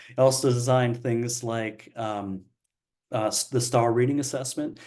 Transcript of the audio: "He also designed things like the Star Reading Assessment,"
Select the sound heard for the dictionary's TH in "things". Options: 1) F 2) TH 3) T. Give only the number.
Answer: 2